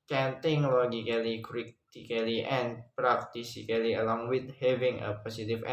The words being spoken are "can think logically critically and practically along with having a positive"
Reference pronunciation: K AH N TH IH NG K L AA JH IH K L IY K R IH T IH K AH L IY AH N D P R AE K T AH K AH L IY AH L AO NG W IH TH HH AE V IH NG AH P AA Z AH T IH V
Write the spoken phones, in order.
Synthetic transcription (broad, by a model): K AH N T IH NG L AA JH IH K L IY K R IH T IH K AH L IY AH N P R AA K T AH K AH L IY AH L AO NG W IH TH HH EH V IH NG AH P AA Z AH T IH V